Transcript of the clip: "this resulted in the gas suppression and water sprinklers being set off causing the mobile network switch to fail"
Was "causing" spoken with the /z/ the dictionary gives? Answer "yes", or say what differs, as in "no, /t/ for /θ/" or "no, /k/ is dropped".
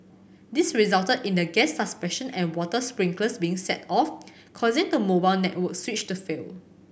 yes